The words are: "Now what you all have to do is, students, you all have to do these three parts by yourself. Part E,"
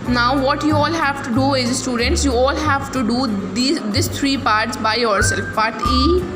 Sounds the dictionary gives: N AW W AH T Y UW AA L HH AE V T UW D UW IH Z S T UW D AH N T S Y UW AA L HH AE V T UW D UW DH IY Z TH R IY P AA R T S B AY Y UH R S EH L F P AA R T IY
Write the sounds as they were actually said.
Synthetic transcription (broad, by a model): N AW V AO T Y UW AA L HH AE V T UW D UW IH Z S T UW D AH N T S Y UW AA L HH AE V T UW D UW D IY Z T R IY P AA R T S B AY Y UH R S EH L F B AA T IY